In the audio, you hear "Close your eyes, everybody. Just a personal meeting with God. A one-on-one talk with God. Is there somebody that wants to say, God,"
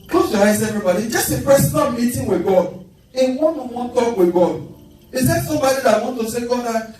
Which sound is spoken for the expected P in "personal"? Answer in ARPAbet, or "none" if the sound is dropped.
F